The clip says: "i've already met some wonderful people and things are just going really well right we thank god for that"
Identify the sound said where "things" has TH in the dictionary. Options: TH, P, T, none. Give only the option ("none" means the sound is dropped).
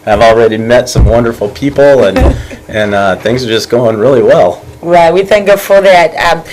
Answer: TH